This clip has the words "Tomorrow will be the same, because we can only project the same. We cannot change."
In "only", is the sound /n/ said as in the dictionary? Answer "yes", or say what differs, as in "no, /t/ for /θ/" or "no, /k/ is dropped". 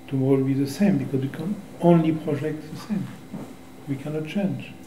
yes